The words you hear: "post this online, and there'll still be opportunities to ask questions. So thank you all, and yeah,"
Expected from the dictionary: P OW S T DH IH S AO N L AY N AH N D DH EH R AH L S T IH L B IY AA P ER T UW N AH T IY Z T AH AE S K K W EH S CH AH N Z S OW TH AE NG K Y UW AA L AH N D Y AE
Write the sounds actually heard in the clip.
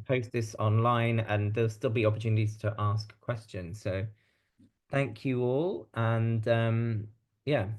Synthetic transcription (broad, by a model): P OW S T DH IH S AO N L AY N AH N DH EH AH L S T IH L B IY AA P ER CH UW N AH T IY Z T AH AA S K K W EH S CH AH N Z S OW TH AE NG K Y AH AA L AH N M Y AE